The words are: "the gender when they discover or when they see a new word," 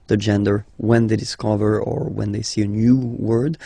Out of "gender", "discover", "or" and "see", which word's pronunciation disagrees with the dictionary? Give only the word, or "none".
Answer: none